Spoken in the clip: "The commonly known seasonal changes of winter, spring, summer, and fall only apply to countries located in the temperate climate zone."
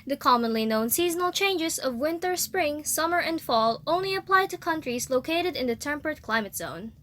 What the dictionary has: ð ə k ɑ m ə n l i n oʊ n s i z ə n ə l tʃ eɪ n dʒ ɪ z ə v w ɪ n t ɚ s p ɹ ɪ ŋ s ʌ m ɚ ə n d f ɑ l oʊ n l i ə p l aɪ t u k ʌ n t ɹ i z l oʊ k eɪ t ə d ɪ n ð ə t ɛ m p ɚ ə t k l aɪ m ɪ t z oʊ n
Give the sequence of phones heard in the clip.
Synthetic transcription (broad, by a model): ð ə k ɑ m ə n l i n oʊ n s i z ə n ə l tʃ eɪ n dʒ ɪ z ə v w ɪ n t ɚ s p ɹ ɪ ŋ s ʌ m ɚ ə n d f ɑ l oʊ n l i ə p l aɪ t u k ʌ n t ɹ i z l oʊ k eɪ t ə d ɪ n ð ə t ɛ m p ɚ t k l aɪ m ɪ t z oʊ n